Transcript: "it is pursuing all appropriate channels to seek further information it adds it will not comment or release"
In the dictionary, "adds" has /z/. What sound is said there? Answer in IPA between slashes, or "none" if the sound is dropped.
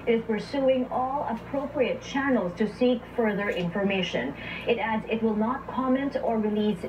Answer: /z/